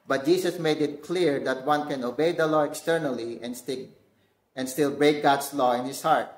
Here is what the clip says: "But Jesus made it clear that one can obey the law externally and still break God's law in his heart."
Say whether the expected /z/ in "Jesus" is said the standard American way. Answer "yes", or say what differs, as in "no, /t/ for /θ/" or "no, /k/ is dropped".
no, /s/ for /z/